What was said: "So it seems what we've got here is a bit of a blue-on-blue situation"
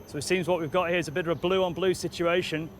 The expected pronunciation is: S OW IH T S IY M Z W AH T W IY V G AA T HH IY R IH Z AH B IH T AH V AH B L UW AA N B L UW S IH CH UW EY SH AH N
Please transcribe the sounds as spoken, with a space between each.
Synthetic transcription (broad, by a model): S OW IH T S IY M Z W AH T W IY V G AA T HH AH R IH Z AH B IH T AH V AH B L UW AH N B L UW S IH CH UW EY SH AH N